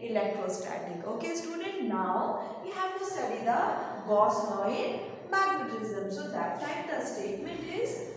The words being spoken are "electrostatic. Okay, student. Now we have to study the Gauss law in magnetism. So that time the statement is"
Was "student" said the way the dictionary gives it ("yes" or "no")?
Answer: no